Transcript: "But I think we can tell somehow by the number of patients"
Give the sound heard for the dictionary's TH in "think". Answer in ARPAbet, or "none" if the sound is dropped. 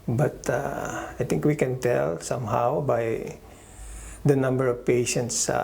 T